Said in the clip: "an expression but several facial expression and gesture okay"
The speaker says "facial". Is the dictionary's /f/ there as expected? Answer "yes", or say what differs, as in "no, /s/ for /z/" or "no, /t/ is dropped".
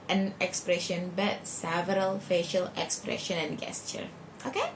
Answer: yes